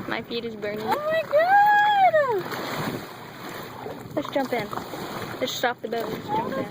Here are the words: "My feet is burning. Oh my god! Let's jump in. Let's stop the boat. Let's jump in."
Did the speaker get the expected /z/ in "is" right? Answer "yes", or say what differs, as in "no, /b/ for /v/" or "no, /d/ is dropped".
yes